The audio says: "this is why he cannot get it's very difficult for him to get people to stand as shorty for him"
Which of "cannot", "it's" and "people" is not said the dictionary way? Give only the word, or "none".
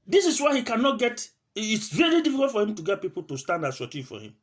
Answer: none